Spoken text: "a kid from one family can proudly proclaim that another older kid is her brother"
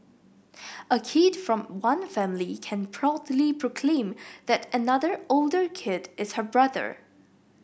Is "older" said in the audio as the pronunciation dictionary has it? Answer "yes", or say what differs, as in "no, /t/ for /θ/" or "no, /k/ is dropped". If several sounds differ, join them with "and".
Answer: yes